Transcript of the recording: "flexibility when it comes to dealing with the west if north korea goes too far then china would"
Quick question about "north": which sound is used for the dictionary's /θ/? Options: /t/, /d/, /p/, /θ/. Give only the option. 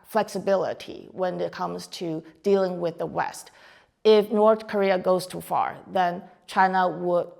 /θ/